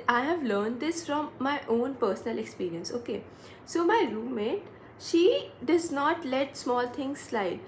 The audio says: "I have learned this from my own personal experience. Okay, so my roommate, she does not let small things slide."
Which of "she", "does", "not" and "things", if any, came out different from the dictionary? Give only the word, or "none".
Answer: things